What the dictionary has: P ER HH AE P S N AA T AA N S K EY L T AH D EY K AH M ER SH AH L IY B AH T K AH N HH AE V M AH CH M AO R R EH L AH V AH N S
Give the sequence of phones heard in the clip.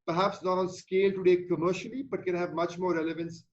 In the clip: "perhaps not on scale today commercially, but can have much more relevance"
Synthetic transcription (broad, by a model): P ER HH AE P S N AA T AA N S K EY L T AH D EY K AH M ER SH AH L IY B AH T K AH N HH AE V M AH CH M AO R R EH L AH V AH N S